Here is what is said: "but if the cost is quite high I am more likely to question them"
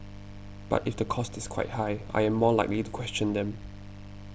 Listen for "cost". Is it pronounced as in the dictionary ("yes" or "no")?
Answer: yes